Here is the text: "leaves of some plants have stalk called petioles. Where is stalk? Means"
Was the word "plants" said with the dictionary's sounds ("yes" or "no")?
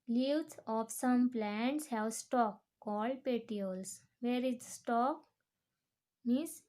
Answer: yes